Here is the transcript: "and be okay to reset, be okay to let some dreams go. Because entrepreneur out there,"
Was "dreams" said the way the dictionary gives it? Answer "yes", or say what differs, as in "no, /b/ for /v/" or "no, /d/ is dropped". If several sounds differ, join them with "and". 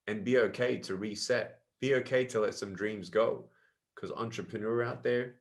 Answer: yes